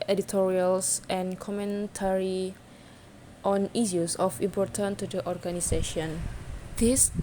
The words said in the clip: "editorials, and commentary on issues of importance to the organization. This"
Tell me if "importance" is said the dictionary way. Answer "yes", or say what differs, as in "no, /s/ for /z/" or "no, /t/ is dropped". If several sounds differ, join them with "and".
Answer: no, /s/ is dropped